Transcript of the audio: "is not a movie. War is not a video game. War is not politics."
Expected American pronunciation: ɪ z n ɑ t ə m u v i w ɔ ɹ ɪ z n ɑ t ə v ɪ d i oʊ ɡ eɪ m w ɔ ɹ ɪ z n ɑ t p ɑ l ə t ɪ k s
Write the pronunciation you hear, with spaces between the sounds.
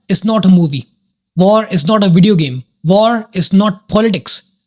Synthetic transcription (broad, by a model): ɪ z n ɑ t ə m u v i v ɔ ɹ ɪ z n ɑ t ə v ɪ d i oʊ ɡ eɪ m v ɔ ɹ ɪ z n ɑ t p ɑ l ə t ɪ k s